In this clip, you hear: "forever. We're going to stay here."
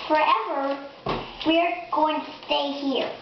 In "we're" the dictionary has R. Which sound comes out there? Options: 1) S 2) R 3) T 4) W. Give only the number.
2